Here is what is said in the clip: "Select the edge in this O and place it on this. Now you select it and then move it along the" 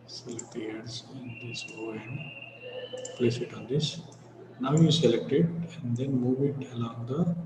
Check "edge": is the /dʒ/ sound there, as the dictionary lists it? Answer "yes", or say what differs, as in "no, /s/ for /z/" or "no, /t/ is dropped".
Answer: no, /z/ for /dʒ/